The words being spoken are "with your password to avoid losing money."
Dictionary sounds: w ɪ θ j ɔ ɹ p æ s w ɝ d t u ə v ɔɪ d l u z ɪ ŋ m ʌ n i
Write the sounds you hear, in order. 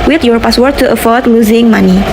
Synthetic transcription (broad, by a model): w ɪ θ j ɔ ɹ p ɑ s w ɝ t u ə f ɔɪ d l u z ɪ ŋ m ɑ n i